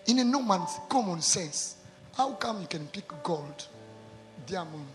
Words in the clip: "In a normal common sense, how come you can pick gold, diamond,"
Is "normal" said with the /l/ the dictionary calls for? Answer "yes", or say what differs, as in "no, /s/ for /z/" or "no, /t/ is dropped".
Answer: no, /n/ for /l/